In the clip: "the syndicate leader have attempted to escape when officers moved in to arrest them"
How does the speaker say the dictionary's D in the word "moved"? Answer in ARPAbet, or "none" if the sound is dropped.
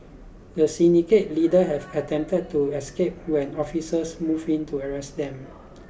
none